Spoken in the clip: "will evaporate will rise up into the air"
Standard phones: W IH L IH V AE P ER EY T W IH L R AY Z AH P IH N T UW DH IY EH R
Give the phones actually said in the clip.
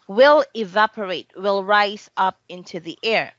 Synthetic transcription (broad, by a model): W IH L IH V AE P ER EY T W IH L R AY Z AH P IH N T UW DH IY EH R